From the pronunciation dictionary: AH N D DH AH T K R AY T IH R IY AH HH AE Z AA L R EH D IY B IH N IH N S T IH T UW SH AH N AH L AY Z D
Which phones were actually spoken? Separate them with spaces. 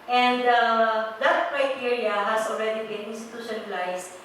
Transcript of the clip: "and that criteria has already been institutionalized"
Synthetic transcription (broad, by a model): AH N D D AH T K R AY T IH R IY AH HH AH S AA L R EH D IY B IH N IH N S T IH T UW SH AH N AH L AY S